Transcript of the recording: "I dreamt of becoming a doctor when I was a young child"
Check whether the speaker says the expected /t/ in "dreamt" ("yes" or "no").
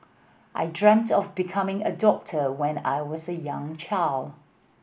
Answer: yes